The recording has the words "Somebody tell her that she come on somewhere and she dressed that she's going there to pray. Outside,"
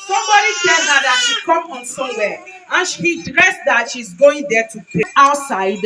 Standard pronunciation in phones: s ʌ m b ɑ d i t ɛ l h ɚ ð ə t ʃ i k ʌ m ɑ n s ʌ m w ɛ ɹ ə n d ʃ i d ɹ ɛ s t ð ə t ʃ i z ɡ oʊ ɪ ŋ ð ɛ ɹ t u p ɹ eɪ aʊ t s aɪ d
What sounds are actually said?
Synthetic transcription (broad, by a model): s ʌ m b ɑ d i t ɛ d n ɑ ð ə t ʃ i k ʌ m ɑ n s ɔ w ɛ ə n ʃ i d ɹ ɛ s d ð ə t ʃ i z ɡ oʊ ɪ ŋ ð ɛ t u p eɪ aʊ t s aɪ d